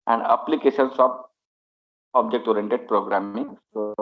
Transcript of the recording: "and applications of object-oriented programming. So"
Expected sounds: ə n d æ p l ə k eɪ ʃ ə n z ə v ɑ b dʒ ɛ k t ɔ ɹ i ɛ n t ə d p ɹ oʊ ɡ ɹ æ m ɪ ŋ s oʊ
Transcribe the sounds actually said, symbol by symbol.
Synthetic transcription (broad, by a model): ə n d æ p l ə k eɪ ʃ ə n s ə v ɑ b dʒ ɛ k t ɔ ɹ i ɛ n t ə d p ɹ oʊ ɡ ɹ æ m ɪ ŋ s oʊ